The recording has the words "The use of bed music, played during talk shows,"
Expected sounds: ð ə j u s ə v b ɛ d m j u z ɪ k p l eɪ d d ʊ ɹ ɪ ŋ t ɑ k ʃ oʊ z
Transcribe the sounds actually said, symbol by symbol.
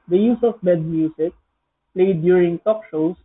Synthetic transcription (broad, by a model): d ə j u s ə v b ɛ d m j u s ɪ k p l eɪ d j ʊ ɹ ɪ ŋ t ɑ k ʃ oʊ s